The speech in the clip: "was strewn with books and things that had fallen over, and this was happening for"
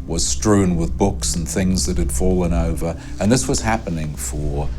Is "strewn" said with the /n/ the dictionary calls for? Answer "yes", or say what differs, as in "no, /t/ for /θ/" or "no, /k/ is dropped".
yes